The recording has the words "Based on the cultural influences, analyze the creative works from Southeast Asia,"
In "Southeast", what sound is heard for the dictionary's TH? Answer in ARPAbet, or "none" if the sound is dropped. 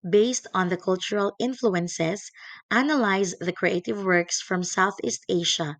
TH